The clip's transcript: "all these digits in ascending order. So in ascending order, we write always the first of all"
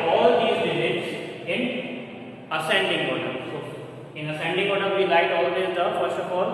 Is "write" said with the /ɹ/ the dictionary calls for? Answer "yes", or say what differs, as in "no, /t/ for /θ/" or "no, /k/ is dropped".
no, /l/ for /ɹ/